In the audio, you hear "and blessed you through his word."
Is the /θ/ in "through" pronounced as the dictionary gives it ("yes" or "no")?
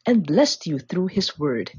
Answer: yes